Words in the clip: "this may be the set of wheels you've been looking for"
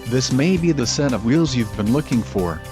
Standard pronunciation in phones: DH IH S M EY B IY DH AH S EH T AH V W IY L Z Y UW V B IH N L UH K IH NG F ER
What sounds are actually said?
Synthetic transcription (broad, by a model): DH IH S M EY B IY DH AH S EH T AH V W IY L Z Y UW V B IH N L UH K IH NG F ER